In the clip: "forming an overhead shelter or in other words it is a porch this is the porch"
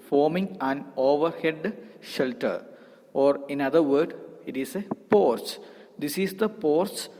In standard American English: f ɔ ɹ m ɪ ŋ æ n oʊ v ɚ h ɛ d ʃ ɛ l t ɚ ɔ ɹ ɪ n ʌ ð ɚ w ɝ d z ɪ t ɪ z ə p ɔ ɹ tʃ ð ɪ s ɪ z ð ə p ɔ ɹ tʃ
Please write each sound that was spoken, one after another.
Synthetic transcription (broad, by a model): f ɔ ɹ m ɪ ŋ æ n oʊ v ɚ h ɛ d ʃ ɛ l t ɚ ɔ ɹ ɪ n ʌ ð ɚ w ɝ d ɪ t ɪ s ə p ɔ ɹ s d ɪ s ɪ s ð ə p ɔ ɹ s